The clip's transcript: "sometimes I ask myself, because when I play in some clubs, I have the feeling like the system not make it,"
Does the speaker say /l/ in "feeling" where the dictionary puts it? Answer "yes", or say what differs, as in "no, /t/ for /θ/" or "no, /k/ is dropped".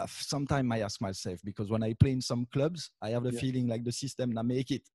yes